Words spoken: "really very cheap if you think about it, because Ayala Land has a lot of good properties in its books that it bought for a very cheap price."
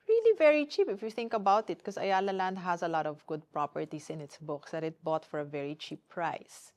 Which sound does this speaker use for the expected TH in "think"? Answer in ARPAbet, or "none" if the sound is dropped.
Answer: TH